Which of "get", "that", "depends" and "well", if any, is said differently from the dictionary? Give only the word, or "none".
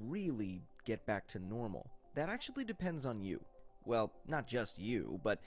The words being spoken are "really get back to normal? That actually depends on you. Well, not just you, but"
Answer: none